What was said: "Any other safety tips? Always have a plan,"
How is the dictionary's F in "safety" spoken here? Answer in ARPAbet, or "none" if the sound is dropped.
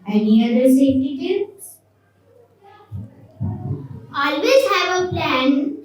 none